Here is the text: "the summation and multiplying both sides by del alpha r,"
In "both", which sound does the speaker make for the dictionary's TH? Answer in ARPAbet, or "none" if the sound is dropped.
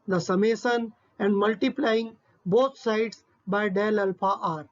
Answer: T